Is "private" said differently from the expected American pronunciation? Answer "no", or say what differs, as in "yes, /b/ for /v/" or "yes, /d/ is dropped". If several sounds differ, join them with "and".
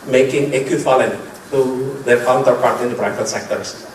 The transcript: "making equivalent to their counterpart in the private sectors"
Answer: yes, /b/ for /p/ and /f/ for /v/